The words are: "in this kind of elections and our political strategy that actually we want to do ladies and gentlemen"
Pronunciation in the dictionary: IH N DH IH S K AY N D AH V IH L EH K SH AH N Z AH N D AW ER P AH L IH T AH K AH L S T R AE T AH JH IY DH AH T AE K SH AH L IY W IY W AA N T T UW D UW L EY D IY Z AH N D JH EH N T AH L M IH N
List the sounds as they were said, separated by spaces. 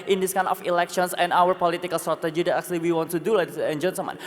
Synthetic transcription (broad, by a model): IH N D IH S K AY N AH F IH L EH K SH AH N S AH N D AW ER P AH L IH T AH K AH L S T R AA T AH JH IY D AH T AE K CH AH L IY W IY W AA N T T UW D UW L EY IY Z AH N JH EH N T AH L M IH N